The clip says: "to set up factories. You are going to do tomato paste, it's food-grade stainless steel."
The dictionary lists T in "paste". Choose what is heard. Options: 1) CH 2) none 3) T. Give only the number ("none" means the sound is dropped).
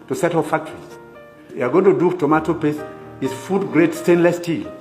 2